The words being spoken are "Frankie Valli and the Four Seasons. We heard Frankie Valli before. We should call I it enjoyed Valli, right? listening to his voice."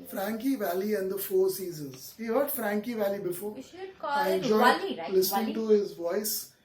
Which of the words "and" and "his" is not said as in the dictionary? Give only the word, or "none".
none